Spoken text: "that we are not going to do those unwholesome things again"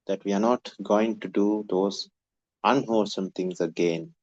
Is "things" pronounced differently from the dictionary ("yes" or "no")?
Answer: yes